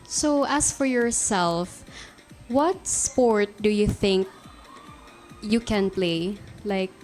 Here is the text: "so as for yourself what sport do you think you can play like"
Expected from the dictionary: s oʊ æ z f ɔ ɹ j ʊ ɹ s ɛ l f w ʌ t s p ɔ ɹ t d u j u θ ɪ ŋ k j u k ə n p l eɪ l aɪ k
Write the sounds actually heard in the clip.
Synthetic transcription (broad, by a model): s oʊ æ s f ɔ ɹ j ʊ ɹ s ɛ l f w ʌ t s p ɔ ɹ t d u j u θ ɪ ŋ k j u k ə n p l eɪ l aɪ k